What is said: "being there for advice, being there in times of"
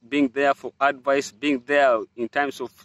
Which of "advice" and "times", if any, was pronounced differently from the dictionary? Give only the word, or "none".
times